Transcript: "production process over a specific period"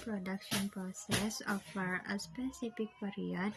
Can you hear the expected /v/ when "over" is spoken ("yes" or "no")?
no